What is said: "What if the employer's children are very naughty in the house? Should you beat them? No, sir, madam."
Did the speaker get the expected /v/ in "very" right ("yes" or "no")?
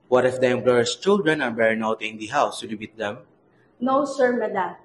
no